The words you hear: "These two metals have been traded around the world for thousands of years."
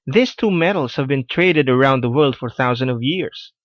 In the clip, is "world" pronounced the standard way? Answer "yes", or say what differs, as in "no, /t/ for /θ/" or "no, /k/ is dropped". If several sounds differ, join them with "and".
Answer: yes